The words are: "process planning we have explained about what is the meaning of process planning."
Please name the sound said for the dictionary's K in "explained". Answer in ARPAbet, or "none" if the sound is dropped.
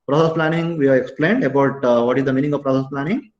K